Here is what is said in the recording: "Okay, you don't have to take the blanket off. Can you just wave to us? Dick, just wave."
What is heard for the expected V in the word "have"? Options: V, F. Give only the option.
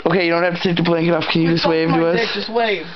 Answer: F